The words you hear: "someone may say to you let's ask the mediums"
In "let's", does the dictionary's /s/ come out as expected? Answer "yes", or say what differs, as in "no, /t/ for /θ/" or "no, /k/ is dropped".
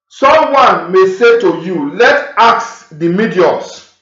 no, /s/ is dropped